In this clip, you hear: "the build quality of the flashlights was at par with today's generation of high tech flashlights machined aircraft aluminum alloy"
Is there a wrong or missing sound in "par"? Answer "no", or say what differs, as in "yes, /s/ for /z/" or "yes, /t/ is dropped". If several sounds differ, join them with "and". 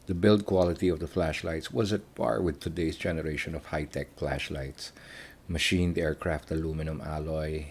yes, /b/ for /p/